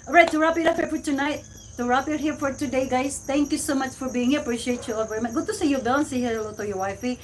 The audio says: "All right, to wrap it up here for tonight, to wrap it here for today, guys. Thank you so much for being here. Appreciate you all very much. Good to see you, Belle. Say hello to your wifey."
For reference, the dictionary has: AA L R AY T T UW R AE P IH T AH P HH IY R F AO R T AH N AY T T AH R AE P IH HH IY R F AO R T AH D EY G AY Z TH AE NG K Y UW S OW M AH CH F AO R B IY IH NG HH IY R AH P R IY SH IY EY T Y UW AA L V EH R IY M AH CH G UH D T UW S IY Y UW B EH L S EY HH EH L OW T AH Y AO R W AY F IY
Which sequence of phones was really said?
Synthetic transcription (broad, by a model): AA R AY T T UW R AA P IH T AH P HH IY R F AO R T N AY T T AH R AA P IH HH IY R F AO R T AH D EY G AY Z T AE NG K Y UW S OW M AH CH F AO R B IY IH NG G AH P R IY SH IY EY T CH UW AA V EH R IY M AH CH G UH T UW S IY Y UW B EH N S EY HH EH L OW T AH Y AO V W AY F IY